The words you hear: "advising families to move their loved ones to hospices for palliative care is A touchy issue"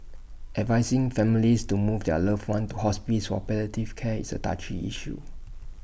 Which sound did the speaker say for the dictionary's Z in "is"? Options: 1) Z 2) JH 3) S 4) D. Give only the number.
3